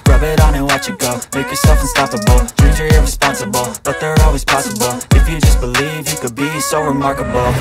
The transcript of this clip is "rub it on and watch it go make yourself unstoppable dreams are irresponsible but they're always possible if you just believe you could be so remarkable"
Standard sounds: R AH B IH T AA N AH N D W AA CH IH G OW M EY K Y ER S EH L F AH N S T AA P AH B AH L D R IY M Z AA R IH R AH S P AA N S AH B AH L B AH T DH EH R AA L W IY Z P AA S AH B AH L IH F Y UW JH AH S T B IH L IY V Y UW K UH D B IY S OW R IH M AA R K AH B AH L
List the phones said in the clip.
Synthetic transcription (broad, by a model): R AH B IH T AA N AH W AA CH IH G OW M EY K Y ER S EH L F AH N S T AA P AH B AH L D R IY Z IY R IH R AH S P AA N S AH B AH L B AH T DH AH R AA L W IY Z P AA S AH B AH L IH F Y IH JH AH S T B IH L IY V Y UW K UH D B IY S OW R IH M AA R K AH B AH L